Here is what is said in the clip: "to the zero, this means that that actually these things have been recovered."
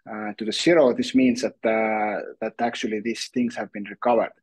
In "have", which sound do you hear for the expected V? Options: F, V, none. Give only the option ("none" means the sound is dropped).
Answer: V